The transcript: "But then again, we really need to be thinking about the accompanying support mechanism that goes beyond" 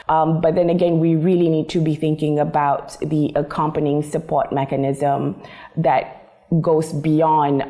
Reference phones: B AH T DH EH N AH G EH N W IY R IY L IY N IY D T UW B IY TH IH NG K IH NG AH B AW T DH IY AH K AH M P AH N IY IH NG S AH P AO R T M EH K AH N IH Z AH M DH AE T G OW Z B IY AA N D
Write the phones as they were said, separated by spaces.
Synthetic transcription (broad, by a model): B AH T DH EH N AH G EH N W IY R IY L IY N IY D T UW B IY TH IH NG K IH NG AH B AW T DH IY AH K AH M P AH N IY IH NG S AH P AO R T M EH K AH N IH Z AH M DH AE T G OW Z B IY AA N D